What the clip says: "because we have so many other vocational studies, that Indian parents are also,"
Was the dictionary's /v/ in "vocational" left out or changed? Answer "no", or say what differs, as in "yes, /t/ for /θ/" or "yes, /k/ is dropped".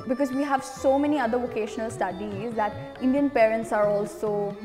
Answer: no